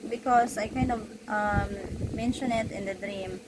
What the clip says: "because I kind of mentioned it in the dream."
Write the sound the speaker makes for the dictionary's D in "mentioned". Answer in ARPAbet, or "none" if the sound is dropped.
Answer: none